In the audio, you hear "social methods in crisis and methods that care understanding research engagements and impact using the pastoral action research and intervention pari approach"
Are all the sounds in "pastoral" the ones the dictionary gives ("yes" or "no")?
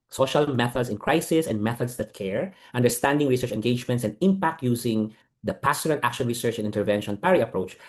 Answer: no